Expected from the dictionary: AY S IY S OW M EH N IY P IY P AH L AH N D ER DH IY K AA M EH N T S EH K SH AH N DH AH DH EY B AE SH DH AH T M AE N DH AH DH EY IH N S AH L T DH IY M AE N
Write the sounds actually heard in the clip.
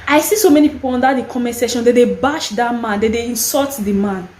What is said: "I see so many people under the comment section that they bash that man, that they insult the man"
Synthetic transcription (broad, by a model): AY S IY S OW M EH N IY P IY P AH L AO N D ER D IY K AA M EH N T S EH SH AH N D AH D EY B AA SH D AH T M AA N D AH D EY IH N S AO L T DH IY M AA N